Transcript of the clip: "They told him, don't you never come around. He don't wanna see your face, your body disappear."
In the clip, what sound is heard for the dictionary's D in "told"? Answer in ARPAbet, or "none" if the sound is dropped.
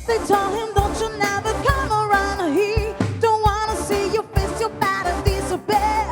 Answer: none